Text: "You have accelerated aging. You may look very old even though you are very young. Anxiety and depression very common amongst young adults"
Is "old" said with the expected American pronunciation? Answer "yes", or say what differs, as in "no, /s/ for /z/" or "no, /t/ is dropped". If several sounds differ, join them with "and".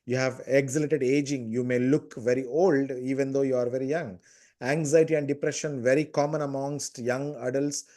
yes